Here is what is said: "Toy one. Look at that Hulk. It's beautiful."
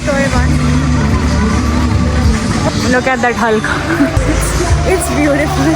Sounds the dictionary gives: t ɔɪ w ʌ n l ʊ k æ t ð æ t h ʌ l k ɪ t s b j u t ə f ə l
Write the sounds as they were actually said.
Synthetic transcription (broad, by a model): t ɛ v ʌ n n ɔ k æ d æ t h ʌ l k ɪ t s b j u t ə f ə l